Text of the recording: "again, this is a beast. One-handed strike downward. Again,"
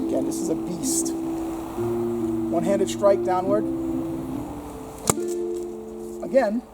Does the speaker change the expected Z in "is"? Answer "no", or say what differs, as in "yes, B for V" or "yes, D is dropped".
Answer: no